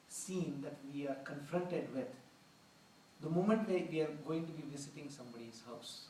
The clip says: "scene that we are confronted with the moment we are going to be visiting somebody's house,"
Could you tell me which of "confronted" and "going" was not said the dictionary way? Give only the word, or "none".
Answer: none